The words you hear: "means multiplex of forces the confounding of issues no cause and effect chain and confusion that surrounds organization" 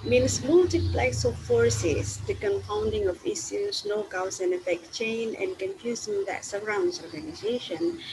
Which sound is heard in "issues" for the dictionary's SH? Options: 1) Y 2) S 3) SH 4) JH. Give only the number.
2